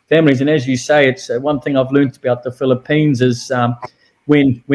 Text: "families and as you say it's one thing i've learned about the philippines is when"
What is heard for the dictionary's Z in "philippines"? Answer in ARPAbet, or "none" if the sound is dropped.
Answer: Z